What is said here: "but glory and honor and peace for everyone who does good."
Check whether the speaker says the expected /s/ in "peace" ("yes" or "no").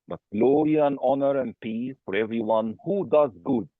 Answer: no